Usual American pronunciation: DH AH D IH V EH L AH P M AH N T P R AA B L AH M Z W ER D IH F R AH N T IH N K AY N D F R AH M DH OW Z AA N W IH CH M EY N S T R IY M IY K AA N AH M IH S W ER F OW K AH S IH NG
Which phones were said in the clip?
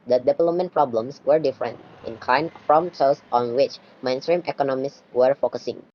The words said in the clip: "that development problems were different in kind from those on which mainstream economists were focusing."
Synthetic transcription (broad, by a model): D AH D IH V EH L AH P M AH N P R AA B L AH M S W ER D IH F R AH N T IH N K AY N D F R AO M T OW S AA N W IH CH M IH N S T R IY M IY K AA N AH M IH S W ER F OW K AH S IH NG